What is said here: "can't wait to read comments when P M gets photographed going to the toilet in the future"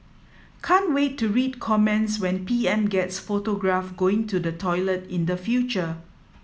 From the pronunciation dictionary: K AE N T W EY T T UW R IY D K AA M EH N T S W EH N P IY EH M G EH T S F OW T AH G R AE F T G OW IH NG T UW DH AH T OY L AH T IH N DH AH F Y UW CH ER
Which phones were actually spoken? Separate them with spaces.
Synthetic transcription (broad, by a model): K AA N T W EY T T UW R IY D K AA M EH N T S W EH N P IY EH M G EH T S F OW T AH G R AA F G OW IH NG T UW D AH T OY L AH T IH N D AH F Y UW CH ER